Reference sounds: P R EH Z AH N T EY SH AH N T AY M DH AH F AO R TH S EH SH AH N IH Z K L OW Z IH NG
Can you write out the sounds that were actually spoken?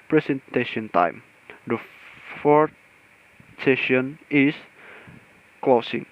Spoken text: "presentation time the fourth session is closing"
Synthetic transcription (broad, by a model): P R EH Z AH N T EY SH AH N T AY M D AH F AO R T S EH SH AH N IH S K L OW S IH NG